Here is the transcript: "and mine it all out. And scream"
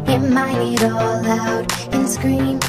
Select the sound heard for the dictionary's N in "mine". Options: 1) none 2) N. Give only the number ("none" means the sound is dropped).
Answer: 1